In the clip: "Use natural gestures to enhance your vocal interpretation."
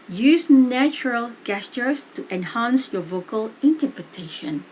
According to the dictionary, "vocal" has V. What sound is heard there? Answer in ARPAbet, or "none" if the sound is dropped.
V